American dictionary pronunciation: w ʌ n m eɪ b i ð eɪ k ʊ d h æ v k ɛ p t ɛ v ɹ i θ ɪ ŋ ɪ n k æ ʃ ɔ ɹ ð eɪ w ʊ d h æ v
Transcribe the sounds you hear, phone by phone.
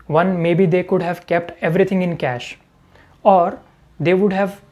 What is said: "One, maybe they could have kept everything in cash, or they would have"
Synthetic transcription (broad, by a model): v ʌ n m eɪ b i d eɪ k ʊ d h æ v k ɛ p t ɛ v ɹ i t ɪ ŋ ɪ n k æ ʃ ɔ ɹ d eɪ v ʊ d h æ v